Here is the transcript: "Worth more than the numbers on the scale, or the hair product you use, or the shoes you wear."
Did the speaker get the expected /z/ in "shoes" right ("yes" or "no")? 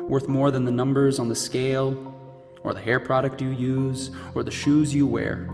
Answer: yes